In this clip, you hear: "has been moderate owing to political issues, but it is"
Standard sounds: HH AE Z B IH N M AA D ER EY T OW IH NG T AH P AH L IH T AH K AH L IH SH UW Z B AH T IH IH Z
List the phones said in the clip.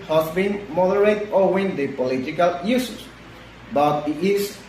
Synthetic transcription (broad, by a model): HH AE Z B IH N M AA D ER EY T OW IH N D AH P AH L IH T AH K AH L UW S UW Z B AH T IH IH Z